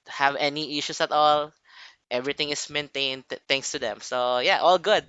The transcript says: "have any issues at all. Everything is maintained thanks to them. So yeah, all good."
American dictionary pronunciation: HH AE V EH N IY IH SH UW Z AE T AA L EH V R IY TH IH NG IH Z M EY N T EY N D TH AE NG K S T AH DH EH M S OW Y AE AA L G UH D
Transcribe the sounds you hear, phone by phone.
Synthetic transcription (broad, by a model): HH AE V EH N IY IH SH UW S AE T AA L EH V R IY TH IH NG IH S M EY N T EY N D T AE NG K S T AH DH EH M S OW Y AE AA L G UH D